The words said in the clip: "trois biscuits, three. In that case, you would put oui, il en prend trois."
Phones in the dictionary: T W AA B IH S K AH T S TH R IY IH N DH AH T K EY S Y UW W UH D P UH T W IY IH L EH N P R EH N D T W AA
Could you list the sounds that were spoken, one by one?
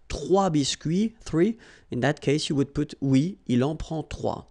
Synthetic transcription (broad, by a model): T W AA B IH S K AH TH R IY IH N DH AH T K EY S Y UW W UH D P UH T W IY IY L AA P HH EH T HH W AA